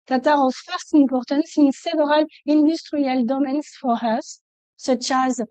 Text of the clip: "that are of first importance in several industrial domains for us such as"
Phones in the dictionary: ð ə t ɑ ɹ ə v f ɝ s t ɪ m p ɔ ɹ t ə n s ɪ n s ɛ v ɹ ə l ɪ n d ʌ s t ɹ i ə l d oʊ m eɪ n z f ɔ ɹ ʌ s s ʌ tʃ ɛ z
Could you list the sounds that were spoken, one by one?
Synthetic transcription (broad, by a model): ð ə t ɑ ɹ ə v f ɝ s t ɪ m p ɔ ɹ t ə n s ɪ n s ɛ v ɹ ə l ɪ n d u s t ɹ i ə l d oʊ m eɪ n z f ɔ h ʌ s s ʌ tʃ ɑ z